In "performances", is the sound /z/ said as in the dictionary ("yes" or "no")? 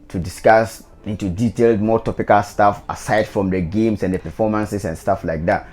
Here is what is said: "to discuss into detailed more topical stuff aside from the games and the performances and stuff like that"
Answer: no